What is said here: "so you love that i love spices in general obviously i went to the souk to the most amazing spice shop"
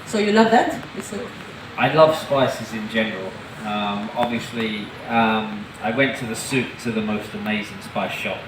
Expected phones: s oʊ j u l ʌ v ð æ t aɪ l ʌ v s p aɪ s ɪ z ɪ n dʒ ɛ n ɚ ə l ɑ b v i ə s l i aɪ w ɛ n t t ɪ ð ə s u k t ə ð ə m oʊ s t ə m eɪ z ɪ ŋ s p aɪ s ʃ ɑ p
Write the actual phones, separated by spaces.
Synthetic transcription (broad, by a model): s oʊ j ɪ l ʌ v ð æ t aɪ l ʌ v s p aɪ s ɪ z ɪ n dʒ ɛ n ɚ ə l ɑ b v i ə s l i aɪ w ɛ n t t ɪ ð ə s u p t ə ð ə m oʊ s t ə m eɪ z ɪ ŋ s p aɪ s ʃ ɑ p